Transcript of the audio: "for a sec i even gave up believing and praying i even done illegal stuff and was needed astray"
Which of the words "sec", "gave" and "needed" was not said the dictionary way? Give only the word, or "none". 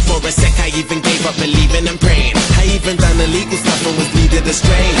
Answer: needed